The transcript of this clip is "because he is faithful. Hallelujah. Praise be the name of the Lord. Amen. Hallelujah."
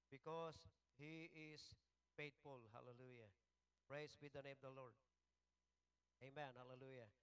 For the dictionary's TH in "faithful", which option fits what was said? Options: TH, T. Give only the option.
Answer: T